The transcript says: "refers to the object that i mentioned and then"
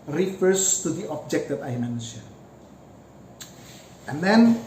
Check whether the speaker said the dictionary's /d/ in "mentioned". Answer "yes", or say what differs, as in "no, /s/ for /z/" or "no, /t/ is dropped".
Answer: no, /d/ is dropped